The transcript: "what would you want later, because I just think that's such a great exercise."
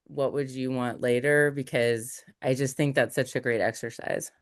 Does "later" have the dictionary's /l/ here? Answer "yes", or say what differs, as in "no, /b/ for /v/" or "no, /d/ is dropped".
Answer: yes